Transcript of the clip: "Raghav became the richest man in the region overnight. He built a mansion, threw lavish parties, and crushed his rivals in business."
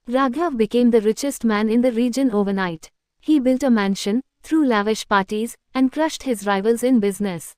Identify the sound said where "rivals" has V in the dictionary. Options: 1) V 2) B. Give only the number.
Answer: 1